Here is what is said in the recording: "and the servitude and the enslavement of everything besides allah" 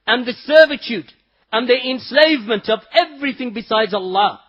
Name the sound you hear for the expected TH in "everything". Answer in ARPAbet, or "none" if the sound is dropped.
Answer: TH